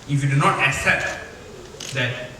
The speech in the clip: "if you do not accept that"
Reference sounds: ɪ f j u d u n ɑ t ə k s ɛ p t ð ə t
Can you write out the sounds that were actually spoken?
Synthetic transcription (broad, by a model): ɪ f j u d u n ɑ t ə k s ɛ p t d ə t